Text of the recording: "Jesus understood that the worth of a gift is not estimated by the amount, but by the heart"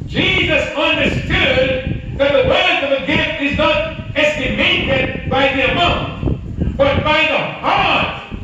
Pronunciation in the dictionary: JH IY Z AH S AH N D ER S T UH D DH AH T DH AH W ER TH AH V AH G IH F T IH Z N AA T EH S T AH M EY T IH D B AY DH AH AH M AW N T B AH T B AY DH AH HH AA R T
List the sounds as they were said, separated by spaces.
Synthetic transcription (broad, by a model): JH IY Z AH S AH N D ER S T UH D DH AH T DH AH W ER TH AH V AH G IH F T IH Z N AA T EH S T AH M EY T IH D B AY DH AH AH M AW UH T B AH T B AY DH AH HH AA R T